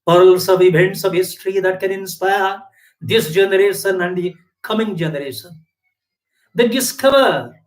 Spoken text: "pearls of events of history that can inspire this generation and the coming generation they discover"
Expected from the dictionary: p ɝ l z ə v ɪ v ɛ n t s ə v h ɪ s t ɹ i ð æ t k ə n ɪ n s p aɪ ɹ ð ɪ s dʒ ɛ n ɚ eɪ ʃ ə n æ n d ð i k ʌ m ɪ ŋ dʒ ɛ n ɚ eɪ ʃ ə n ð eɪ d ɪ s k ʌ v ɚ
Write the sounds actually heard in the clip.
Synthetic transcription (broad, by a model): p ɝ l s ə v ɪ b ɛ n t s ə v h ɪ s t ɹ i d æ t k ə n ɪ n s p aɪ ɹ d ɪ s dʒ ɛ n ɚ eɪ ʃ ə n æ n d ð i k ʌ m ɪ ŋ dʒ ɛ n ɚ eɪ ʃ ə n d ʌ d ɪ s k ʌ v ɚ